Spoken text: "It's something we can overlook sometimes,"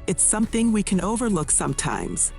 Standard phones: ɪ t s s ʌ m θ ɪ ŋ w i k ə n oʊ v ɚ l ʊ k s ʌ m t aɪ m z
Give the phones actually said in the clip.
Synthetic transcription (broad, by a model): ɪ t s s ʌ m θ ɪ ŋ w i k ə n oʊ v ɚ l ʊ k s ʌ m t aɪ m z